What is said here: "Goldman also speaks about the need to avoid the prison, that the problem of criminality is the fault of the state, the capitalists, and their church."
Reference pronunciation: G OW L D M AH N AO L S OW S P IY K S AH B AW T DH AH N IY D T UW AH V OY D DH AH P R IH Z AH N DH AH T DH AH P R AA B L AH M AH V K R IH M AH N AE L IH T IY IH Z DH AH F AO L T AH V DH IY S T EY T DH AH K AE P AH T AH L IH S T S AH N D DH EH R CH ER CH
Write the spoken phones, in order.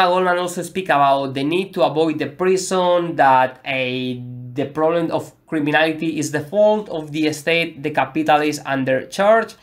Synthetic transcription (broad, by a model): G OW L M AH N AO L S OW S P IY K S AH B AW T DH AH N IY D T UW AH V OY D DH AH P R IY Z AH N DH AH T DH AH P R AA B L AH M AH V K R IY M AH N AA L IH T IY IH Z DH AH F AO L T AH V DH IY S T EY T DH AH K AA P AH T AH L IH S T AH N D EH R CH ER CH